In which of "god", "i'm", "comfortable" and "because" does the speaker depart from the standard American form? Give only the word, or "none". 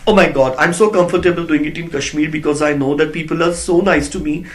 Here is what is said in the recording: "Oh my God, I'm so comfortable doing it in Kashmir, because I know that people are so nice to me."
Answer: none